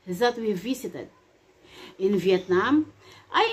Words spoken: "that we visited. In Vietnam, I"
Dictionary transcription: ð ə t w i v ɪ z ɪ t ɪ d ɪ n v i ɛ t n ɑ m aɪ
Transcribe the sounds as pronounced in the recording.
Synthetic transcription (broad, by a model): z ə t w i v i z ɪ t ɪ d ɪ n v i ɛ t n ɑ m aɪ